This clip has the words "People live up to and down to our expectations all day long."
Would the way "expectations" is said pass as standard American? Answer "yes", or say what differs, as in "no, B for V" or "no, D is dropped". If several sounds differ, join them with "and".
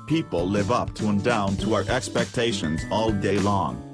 yes